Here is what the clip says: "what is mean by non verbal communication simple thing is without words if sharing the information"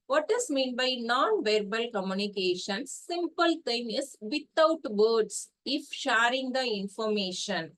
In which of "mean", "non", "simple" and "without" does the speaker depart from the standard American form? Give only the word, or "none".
without